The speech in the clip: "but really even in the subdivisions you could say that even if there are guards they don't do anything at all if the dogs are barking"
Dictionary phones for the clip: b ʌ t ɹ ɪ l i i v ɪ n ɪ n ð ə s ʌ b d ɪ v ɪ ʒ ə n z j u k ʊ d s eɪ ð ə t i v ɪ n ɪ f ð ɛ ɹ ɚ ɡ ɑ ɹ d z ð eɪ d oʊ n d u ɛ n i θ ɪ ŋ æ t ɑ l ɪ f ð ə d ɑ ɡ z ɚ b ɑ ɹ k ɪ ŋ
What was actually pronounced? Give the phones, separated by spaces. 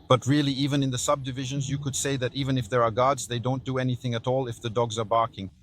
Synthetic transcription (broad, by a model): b ʌ t ɹ ɪ l i i v ɪ n ɪ n ð ə s ʌ b d ɪ v ɪ ʒ ə n z j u k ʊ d s eɪ ð ə t i v ɪ n ɪ f ð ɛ ɹ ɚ ɡ ɑ ɹ d z ð eɪ d oʊ n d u ɛ n i θ ɪ ŋ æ t ɑ l ɪ f ð ə d ɑ ɡ z ɚ b ɑ ɹ k ɪ ŋ